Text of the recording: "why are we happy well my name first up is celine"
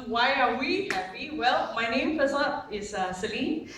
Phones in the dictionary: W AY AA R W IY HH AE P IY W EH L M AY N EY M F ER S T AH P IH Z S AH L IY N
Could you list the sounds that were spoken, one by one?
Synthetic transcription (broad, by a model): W AY AA R W IY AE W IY W EH L M AY N EY M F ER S AH IH Z S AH L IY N